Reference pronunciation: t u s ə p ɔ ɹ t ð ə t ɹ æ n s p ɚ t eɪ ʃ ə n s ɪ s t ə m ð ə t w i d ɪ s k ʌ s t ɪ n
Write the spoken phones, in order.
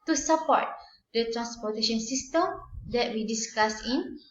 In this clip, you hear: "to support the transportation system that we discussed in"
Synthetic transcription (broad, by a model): t u s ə p ɔ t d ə t ɹ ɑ n s p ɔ t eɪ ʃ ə n s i s t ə m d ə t w i d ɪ s k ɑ s ɪ n